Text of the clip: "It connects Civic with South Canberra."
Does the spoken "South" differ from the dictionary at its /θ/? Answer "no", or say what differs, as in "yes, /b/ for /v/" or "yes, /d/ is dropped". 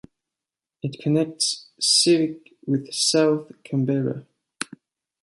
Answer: no